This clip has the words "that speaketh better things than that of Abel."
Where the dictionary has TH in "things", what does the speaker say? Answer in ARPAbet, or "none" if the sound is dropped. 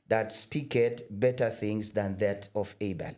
TH